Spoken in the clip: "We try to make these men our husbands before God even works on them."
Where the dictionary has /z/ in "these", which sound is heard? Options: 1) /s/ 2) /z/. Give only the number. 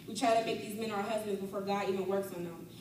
2